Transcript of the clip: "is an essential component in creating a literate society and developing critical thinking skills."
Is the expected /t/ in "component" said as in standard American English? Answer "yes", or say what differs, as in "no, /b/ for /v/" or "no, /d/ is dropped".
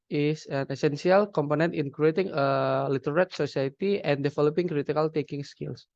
yes